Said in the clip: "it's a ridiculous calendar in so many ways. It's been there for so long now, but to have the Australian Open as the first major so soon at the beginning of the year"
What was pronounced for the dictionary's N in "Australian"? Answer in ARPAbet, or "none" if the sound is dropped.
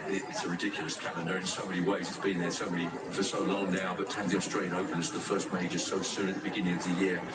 none